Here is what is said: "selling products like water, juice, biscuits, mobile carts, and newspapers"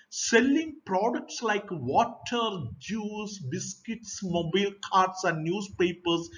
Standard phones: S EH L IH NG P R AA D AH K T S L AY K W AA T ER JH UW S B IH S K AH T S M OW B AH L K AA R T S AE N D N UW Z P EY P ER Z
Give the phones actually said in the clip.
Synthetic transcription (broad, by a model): S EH L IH NG P R AA D AH K T S L AY K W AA T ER JH UW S B IH S K AH T S M OW B AH L K AA R T S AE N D N UW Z P EY P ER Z